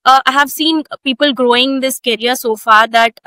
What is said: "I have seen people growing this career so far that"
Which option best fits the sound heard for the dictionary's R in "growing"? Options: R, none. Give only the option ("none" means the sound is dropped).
R